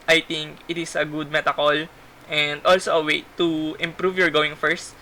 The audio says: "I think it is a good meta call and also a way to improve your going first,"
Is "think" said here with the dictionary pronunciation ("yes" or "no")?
no